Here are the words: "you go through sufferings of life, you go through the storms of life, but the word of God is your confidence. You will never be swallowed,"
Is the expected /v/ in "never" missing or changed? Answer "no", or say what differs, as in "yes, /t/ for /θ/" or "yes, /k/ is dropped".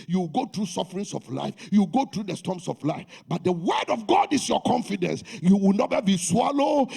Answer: yes, /v/ is dropped